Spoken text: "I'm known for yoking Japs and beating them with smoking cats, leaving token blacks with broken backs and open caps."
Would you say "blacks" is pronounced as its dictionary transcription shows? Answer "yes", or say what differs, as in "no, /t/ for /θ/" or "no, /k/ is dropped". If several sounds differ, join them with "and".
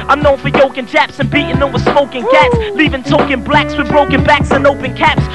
yes